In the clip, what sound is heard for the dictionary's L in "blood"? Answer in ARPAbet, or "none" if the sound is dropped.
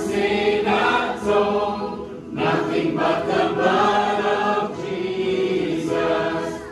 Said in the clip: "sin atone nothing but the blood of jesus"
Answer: none